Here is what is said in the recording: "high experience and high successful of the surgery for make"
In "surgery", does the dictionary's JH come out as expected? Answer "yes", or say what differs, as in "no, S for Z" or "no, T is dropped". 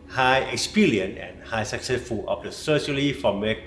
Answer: no, SH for JH